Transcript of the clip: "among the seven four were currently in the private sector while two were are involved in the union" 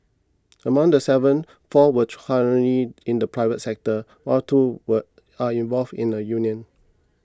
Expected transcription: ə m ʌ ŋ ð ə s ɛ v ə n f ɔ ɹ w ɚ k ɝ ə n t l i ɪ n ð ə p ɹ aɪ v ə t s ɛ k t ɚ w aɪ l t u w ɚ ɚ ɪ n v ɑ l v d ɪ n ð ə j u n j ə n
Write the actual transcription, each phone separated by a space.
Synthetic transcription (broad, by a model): ə m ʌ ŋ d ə s ɛ v ə n f ɔ w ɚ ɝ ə t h i ɪ n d ə p ɹ aɪ v ə t s ɛ k t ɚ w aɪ t u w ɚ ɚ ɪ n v ɑ l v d ɪ n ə j u n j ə n